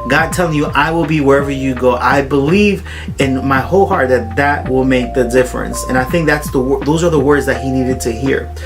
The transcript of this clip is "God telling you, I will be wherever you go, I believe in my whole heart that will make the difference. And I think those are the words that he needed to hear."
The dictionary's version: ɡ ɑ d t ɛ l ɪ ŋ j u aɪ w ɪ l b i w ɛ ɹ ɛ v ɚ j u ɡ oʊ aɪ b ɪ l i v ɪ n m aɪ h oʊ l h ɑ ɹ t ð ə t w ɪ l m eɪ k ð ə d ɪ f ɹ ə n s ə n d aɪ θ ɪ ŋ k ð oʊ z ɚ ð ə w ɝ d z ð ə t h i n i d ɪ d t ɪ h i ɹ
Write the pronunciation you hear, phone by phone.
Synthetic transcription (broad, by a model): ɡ ɑ d t ɛ l ɪ ŋ j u aɪ w ɪ l b i w ɛ ɹ ɛ v ɚ j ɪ ɡ oʊ aɪ b ɪ l i v ɪ n m aɪ h oʊ l h ɑ ɹ t ð ə t w ɪ l m eɪ k ð ə d ɪ f ɹ ə n s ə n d aɪ θ ɪ ŋ k ð oʊ z ɚ ð ə w ɝ d z ð ə t h i n i d ɪ d t ɪ h i ɹ